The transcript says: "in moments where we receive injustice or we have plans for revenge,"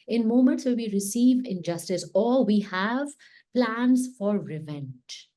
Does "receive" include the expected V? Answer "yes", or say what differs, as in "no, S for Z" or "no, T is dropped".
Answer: yes